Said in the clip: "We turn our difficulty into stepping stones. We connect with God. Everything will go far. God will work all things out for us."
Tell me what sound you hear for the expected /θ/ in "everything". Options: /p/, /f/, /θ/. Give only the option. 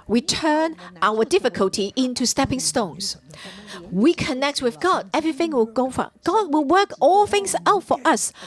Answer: /θ/